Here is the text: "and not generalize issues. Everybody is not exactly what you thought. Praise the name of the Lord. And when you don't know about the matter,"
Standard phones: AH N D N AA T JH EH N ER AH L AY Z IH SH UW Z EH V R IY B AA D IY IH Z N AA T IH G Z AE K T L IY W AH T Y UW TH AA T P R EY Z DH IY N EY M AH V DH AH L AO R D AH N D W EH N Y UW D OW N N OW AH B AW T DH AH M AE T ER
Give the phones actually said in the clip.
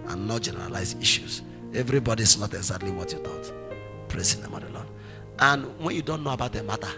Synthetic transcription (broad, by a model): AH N N AA T JH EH N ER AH L AY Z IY SH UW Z EH V R IY B AA D IY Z N AA T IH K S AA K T L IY W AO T Y UW T AA T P R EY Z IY N EY M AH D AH L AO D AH N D W EH N Y UW D OW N N OW AH B AW T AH M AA T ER